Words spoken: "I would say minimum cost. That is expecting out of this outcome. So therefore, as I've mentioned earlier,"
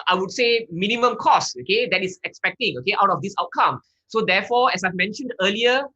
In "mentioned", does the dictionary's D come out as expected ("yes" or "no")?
yes